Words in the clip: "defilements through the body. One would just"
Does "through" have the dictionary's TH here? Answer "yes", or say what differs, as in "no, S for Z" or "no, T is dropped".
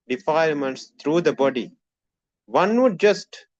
no, T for TH